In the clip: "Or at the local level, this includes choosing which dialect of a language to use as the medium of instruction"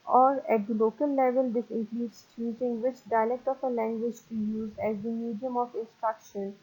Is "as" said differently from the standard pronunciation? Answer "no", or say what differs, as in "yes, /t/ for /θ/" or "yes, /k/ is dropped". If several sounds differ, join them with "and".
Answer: no